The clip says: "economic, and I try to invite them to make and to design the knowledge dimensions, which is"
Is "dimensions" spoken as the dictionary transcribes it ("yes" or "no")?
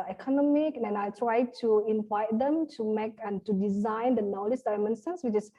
no